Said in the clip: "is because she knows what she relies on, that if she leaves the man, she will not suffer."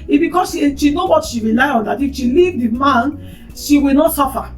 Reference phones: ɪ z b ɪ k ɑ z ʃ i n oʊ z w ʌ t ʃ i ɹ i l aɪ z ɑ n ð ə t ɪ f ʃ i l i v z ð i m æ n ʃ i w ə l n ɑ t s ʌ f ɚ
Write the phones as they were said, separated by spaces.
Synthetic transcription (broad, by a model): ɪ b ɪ k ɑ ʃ ʃ i n oʊ w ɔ t ʃ i ɹ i l aɪ ɑ n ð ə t ɪ f ʃ i l i v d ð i m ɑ n ʃ i w ə l n ɑ t s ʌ f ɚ